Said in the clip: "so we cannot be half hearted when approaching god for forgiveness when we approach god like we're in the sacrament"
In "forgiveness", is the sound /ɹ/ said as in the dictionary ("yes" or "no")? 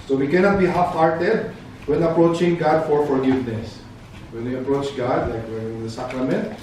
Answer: yes